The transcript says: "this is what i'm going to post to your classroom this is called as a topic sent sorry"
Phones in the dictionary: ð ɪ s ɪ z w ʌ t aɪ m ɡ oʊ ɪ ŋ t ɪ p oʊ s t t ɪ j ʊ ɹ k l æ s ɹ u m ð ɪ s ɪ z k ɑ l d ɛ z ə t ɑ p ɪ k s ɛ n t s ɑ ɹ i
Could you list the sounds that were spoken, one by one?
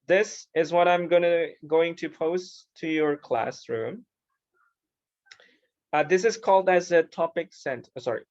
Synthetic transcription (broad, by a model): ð ɪ s ɪ z w ʌ t aɪ m ɡ oʊ ɪ ŋ t ɪ p oʊ s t t ɪ j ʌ ɹ k l æ s ɹ u m ð ɪ s ɪ z k ɑ l d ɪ z ə t ɑ p ɪ k s ɛ n t s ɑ ɹ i